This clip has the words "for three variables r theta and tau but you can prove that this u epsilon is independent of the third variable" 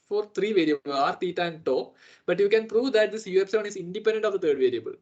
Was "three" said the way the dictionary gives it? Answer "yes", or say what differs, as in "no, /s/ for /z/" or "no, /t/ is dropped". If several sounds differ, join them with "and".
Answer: no, /t/ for /θ/